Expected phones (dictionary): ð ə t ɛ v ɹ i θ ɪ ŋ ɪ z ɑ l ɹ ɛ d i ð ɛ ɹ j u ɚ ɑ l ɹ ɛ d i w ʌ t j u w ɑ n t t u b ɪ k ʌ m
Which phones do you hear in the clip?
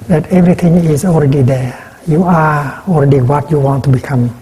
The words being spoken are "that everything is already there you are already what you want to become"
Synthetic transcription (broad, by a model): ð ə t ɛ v ɹ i t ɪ ŋ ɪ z ɑ l ɹ ɛ d i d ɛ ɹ j u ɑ ɑ l ɹ ɛ d i w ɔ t j u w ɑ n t t u b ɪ k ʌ m